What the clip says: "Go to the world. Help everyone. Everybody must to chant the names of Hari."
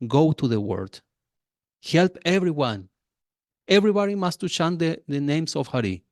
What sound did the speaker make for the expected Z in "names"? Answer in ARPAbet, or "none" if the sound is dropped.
S